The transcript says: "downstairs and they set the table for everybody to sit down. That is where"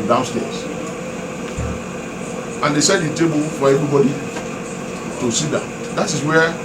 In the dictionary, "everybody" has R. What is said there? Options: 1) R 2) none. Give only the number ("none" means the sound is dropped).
2